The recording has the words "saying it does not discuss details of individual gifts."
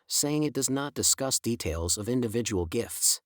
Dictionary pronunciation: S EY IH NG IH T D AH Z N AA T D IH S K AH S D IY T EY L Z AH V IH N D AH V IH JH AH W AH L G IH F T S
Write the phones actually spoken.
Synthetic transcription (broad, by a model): S EY IH NG IH T D AH Z N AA T D IH S K AH S D IY T EY L Z AH V IH N D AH V IH JH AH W L G IH F T S